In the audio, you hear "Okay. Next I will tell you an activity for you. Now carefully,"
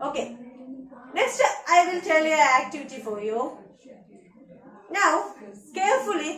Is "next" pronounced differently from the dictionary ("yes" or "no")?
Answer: yes